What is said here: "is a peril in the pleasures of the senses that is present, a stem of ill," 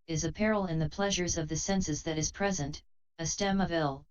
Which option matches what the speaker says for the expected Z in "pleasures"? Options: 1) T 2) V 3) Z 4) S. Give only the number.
3